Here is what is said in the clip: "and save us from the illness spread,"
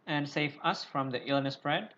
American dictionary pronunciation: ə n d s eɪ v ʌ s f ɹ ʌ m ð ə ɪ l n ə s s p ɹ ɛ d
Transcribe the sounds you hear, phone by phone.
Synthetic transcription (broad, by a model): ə n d s eɪ v ʌ s f ɹ ʌ m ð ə ɪ l n ə s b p ɹ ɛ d